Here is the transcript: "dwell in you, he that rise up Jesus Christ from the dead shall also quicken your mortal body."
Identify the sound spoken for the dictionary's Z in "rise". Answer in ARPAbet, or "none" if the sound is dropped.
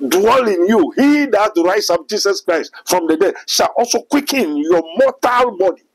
S